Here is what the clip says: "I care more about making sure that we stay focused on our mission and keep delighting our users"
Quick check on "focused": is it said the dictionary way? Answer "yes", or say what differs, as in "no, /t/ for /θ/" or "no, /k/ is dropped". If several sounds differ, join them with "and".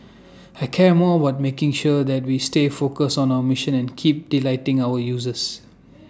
no, /t/ is dropped